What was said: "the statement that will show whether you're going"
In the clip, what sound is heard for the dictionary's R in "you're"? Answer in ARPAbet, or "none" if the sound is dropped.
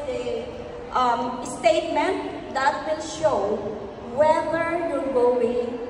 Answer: L